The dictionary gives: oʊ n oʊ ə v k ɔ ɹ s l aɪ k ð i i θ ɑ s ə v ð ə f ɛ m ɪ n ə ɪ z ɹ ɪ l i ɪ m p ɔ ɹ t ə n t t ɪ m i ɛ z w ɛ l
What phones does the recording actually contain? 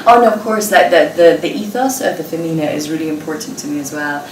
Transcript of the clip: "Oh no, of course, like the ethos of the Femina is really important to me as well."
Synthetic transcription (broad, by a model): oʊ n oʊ ə v k ɔ ɹ s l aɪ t ð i i θ ɑ s ə v ð ə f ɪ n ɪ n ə ɪ z ɹ ɪ l i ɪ m p ɔ ɹ t n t t ɪ m i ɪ z w ɛ l